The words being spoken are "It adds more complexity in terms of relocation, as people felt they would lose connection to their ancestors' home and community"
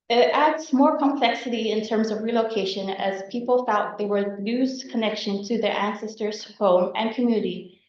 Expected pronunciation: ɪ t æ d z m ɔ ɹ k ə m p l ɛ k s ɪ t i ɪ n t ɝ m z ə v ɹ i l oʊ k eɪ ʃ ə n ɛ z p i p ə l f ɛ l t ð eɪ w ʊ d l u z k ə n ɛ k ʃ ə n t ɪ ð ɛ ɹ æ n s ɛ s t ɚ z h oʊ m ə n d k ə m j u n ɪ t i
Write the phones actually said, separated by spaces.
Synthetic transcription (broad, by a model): ɪ t æ d z m ɔ ɹ k ə m p l ɛ k s ɪ t i ɪ n t ɝ m z ə v ɹ i l oʊ k eɪ ʃ ə n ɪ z p i p l f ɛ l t ð eɪ w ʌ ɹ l u z k ə n ɛ k ʃ ə n t ɪ ð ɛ ɹ æ n s ɛ s t ɚ z h oʊ m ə n k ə m j u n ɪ t i